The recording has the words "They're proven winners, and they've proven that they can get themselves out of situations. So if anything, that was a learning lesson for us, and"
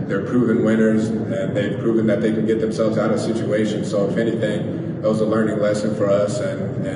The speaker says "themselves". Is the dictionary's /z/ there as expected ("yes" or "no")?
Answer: yes